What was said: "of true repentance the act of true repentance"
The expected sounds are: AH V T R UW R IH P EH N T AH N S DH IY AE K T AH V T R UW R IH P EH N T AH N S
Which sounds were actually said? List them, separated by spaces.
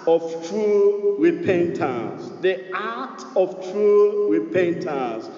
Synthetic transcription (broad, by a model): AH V T R UW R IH P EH N T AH S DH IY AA T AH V T R UW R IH P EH N T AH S